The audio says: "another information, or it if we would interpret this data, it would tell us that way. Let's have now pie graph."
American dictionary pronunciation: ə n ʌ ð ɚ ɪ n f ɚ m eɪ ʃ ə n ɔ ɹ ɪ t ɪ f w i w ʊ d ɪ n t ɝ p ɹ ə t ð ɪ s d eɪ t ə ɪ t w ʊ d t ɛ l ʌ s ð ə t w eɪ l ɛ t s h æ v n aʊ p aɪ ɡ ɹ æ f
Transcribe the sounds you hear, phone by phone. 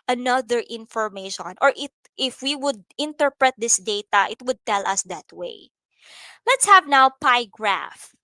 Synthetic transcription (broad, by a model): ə n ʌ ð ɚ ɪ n f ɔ m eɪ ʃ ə n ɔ ɹ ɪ t ɪ f w i w ʊ d ɪ n t ɝ p ɹ ə t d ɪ s d eɪ t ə ɪ t w ʊ d t ɛ l ʌ s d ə t w eɪ l ɛ t s h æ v n aʊ p aɪ ɡ ɹ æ f